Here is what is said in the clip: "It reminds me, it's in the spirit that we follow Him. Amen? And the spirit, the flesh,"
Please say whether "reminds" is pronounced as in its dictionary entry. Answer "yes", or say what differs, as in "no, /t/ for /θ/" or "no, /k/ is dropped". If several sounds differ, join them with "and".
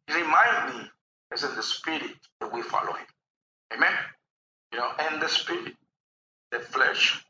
no, /z/ is dropped